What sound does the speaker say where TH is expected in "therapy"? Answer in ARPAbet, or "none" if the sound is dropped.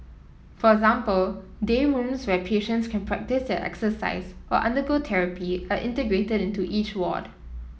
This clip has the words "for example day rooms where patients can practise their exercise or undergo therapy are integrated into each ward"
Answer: T